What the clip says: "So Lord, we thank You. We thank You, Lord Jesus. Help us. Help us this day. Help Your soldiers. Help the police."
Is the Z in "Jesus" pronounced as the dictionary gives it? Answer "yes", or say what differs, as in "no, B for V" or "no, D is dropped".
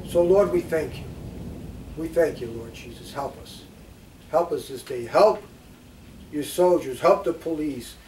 yes